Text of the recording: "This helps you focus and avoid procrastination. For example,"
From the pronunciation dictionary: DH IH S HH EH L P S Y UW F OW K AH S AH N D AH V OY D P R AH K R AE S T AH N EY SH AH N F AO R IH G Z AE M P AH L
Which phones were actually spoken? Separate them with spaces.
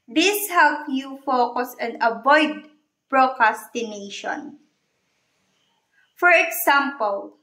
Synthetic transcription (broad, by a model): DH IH S HH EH L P Y UW F OW K AH S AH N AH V OY D P R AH K R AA S T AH N EY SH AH N F AO R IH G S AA M P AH L